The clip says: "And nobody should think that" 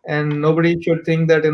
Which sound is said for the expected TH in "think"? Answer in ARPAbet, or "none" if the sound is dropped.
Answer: T